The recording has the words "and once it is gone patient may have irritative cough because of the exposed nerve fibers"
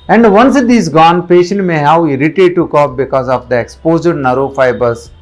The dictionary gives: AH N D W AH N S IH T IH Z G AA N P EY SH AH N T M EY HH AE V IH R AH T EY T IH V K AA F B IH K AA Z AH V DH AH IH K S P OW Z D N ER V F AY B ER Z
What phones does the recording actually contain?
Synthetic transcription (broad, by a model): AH N D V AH N S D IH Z G AA N P EY SH AH N T M EY HH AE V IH R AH T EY T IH K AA P B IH K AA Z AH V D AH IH K S P OW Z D N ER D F AY B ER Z